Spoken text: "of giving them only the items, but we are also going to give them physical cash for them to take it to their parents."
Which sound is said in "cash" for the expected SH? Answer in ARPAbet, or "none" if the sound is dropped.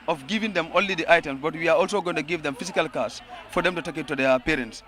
S